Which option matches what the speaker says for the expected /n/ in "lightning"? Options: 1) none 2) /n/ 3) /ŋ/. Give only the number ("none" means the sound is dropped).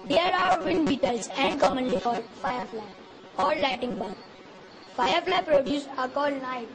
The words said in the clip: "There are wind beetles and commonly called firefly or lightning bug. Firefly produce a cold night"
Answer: 1